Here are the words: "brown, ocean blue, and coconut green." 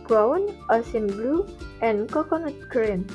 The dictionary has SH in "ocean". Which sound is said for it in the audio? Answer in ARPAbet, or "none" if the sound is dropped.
S